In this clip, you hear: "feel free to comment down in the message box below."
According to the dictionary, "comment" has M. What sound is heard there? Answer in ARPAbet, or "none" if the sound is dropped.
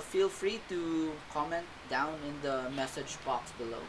M